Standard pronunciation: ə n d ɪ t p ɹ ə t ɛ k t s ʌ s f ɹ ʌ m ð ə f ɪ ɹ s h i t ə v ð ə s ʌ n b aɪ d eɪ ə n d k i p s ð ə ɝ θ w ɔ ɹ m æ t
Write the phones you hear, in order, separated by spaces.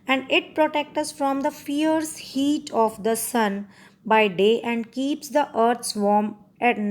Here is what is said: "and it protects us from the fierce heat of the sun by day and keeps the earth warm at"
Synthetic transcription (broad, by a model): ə n d ɪ t p ɹ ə t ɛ k t ʌ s f ɹ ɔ m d ə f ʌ ɹ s h i t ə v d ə s ʌ n b aɪ d eɪ ə n d k i p s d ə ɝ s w ɔ ɹ m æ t